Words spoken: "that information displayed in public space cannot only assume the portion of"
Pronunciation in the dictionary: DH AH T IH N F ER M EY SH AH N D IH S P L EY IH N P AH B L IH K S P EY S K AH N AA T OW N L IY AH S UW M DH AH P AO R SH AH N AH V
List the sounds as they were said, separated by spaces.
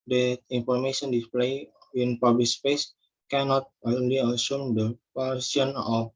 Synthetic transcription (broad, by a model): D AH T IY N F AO M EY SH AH N D IH S P L EY IH N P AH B L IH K S P EY S K AH N AA T OW N L IY AH S UW M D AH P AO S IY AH N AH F